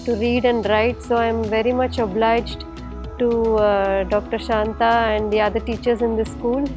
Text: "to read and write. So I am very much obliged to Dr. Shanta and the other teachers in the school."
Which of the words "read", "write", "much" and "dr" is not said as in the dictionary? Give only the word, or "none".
none